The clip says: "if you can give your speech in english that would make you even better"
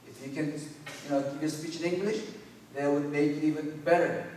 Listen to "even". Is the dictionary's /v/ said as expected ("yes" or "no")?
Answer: yes